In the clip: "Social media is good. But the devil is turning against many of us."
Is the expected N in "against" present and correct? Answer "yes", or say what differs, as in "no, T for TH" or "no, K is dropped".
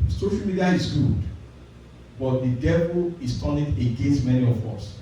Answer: yes